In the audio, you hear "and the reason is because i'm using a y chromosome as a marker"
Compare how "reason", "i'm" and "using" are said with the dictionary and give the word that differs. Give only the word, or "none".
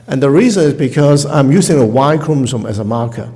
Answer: none